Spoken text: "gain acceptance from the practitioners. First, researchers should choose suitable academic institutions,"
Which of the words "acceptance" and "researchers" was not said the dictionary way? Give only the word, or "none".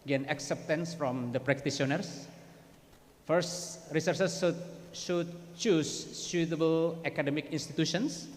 researchers